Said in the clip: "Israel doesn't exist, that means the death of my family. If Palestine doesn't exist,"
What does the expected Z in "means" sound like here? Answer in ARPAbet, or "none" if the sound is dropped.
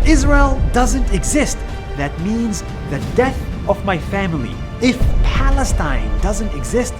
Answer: Z